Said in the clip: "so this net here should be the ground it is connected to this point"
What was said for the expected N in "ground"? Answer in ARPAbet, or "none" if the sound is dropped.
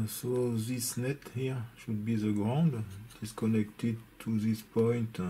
N